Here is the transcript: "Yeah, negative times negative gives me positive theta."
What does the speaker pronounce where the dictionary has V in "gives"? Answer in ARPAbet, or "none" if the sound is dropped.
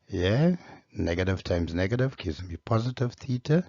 none